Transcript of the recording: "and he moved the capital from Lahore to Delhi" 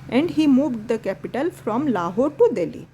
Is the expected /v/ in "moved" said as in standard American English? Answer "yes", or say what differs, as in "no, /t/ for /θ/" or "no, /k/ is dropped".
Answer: yes